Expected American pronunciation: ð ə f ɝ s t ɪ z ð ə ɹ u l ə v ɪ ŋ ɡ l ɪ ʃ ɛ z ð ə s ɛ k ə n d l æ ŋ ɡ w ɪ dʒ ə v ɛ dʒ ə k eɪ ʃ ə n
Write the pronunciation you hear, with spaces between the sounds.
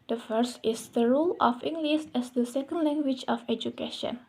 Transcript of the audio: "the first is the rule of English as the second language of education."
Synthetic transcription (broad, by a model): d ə f ɝ s t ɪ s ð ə ɹ u l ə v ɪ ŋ ɡ l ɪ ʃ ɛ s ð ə s ɛ k ə n d l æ ŋ ɡ w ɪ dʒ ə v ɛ dʒ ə k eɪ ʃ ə n